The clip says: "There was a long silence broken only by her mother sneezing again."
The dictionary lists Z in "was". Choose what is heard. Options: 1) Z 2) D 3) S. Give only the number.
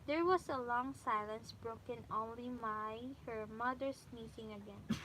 3